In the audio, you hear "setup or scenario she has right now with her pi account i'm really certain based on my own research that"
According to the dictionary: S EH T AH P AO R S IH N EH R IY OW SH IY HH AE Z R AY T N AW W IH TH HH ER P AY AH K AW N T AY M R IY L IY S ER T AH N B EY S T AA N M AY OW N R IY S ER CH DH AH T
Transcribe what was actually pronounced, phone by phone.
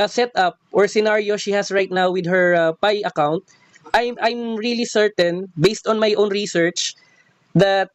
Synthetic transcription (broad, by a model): S EH T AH P AO R S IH N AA R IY OW SH IY HH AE S R AY T N AW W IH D HH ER P AY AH K AW N T AY M R IY L IY S ER T AH N B EY S T AA N M AY OW N R IY S ER CH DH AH T